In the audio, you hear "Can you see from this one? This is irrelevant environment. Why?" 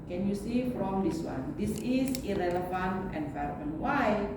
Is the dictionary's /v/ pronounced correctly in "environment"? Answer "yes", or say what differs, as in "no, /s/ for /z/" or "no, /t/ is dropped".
no, /f/ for /v/